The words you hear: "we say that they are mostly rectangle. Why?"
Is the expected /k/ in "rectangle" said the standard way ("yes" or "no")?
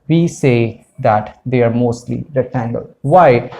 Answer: no